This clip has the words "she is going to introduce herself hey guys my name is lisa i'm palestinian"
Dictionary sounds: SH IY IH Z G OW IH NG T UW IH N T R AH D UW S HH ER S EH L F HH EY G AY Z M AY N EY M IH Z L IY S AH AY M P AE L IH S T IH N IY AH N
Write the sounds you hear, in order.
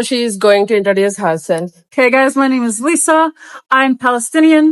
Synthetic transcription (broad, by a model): SH IY IH Z G OW IH NG T UW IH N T AH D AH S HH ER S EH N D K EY G AY Z M AY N EY M IH Z L IY S AH AY M P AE L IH S T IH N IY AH N